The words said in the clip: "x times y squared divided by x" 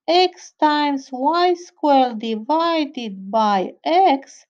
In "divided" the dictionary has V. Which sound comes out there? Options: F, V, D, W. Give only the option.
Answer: V